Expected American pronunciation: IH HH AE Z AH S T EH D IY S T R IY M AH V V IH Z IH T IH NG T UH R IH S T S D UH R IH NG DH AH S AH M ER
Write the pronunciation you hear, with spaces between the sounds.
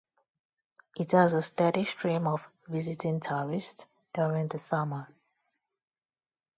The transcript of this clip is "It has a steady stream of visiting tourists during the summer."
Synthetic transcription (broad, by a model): IH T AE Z AH S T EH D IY SH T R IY M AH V V IH Z IH T IH NG T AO R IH S T S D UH R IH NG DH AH S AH M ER